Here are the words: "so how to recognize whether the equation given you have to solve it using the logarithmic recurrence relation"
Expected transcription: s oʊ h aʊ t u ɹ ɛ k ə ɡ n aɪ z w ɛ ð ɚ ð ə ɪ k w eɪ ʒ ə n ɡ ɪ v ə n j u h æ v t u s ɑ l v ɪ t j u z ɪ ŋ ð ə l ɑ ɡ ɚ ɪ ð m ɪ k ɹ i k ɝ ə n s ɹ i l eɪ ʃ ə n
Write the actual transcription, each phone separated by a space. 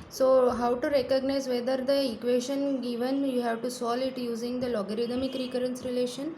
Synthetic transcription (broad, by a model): s oʊ h aʊ t u ɹ ɛ k ə ɡ n aɪ z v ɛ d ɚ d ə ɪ k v eɪ ʃ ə n ɡ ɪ v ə n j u h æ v t u s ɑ l ɪ t j u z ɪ ŋ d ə l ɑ ɡ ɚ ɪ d m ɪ k ɹ i k ɝ ə n s ɹ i l eɪ ʃ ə n